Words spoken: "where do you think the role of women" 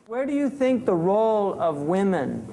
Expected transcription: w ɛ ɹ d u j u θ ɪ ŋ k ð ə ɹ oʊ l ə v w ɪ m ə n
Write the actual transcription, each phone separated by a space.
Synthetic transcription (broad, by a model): w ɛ ɹ d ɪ j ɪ θ ɪ ŋ k ð ə ɹ oʊ l ə v w ɪ m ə n